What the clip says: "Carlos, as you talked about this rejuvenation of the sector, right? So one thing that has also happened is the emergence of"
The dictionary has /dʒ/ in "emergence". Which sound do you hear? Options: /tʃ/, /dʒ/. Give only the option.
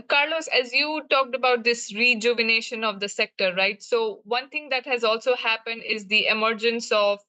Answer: /dʒ/